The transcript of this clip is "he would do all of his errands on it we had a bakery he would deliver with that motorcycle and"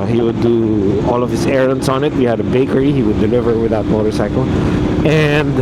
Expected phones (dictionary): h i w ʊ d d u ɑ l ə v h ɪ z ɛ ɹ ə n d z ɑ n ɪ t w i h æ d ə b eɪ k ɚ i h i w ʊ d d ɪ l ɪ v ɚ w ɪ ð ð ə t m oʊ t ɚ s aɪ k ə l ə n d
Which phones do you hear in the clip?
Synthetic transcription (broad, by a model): h i w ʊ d d u ɑ l ə v h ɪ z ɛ ɹ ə n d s ɑ n ɪ t w i h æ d ə b eɪ k ɚ i h i w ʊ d d ɪ l ɪ v ɚ w ɪ ð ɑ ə t m oʊ t ɚ s aɪ k ə l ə n d